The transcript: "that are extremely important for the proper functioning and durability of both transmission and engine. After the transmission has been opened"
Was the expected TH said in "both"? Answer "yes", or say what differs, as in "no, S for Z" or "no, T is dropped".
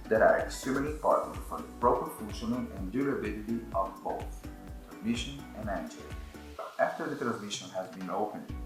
no, T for TH